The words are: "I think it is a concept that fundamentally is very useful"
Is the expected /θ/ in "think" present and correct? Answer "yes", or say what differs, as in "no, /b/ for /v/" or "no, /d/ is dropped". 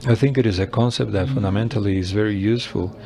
yes